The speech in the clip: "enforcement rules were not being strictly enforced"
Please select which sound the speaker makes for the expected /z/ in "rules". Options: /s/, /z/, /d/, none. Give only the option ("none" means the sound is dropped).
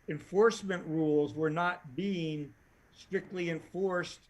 /z/